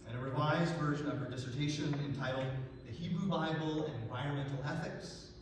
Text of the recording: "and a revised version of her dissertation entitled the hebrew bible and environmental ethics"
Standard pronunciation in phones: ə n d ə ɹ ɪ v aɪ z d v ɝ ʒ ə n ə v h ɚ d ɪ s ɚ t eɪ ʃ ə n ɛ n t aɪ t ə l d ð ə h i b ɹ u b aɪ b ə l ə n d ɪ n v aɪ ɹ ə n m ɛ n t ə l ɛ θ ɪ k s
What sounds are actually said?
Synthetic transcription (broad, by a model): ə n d ə ɹ ɪ v aɪ z d v ɝ ʒ ə n ə v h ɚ d ɪ s ɚ t eɪ ʃ ə n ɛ n t aɪ t l d ð ə h i b ɹ u b aɪ b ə l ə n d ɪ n v aɪ ɹ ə n m ɛ n t l ɛ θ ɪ k s